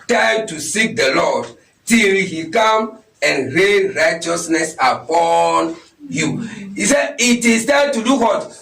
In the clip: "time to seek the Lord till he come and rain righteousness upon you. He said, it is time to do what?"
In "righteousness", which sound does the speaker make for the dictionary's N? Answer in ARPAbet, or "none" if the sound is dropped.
N